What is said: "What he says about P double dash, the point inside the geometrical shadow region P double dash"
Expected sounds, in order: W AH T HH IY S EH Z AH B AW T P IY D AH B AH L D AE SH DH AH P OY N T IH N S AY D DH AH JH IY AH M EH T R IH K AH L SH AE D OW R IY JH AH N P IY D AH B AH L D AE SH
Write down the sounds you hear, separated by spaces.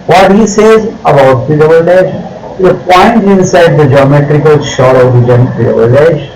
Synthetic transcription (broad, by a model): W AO T HH IY S EH Z AH B AW T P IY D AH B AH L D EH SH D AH P OY N T IH N S AY D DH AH JH IY AH M EH T R IH K AH L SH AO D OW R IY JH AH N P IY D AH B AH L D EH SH